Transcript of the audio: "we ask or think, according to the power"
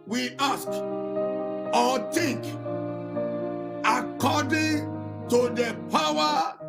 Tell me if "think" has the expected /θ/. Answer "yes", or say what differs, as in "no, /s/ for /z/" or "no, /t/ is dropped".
no, /t/ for /θ/